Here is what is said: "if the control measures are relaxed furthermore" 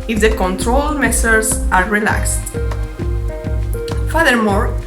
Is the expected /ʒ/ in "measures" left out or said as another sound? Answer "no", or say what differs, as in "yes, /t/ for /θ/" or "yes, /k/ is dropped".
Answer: yes, /s/ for /ʒ/